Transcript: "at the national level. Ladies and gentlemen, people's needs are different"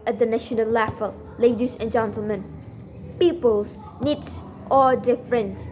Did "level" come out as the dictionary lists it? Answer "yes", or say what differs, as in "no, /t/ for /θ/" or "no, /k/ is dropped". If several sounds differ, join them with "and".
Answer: no, /f/ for /v/